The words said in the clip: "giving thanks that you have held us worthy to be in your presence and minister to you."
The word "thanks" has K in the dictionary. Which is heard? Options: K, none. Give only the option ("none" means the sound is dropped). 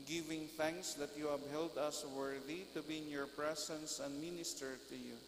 K